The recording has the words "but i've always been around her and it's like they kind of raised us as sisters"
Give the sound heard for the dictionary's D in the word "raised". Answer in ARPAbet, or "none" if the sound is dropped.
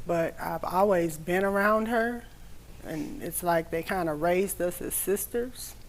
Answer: D